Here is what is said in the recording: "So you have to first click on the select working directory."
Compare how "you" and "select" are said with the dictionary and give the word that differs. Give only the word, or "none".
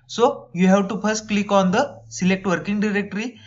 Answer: none